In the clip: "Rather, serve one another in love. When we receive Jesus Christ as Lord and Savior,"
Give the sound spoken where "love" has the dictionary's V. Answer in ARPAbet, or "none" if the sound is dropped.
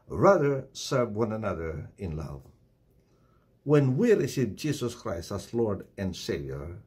V